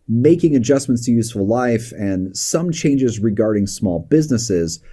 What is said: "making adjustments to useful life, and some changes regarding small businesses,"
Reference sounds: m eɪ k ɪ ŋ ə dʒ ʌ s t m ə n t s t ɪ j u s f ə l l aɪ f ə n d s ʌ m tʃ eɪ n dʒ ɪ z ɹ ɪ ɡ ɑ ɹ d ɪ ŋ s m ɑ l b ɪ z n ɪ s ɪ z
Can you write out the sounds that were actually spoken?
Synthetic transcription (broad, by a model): m eɪ k ɪ ŋ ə dʒ ʌ s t m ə n t s t ɪ j u s f ə l l aɪ f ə n s ʌ m tʃ eɪ n dʒ ɪ z ɹ ɪ ɡ ɑ ɹ d ɪ ŋ s m ɑ l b ɪ z n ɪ s ɪ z